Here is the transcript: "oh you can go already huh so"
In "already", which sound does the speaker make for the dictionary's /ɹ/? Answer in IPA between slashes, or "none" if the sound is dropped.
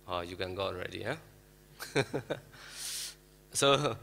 /ɹ/